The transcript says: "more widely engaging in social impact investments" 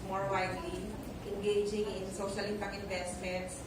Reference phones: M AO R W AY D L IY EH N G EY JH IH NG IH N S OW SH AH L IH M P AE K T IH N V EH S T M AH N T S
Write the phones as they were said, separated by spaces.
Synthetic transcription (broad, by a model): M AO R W AY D L IY EH N G EY JH IH NG IH N S OW SH AH L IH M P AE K IH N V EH S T M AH N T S